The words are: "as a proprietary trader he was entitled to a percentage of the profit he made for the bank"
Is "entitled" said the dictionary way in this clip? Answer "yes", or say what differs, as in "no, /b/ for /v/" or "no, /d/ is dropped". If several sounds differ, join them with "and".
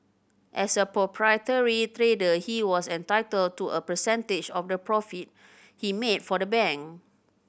yes